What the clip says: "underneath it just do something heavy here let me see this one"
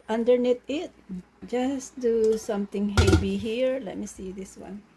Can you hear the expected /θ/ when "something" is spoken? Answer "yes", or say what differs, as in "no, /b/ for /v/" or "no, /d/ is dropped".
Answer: no, /t/ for /θ/